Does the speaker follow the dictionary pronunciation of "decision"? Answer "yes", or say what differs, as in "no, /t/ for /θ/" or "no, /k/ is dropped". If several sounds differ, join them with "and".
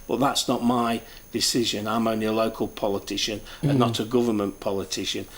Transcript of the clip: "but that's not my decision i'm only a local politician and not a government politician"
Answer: yes